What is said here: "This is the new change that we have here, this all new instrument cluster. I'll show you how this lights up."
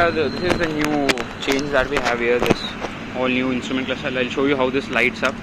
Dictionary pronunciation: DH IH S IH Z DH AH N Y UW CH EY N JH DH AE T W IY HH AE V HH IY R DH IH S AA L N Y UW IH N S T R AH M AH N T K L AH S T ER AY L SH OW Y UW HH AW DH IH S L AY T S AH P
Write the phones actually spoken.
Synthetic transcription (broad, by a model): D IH S IH Z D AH N Y UW CH EY N JH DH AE T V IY HH AE V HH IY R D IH S AA L N Y UW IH N S T R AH M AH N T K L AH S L AY L SH OW Y UW HH AW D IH S L AY T S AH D